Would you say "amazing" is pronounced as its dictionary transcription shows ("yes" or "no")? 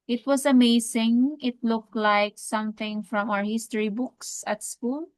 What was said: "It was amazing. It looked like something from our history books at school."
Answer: no